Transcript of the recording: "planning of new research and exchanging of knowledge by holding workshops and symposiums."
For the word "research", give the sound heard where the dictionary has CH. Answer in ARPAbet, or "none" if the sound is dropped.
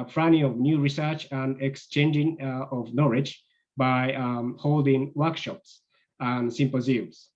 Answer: CH